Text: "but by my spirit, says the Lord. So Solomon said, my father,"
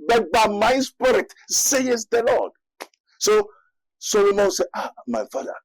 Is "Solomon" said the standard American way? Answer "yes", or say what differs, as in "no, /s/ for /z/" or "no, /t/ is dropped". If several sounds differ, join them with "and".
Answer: no, /w/ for /l/